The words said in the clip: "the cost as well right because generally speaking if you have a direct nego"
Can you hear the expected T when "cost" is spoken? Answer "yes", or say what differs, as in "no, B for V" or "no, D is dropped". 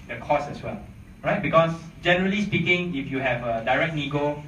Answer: no, T is dropped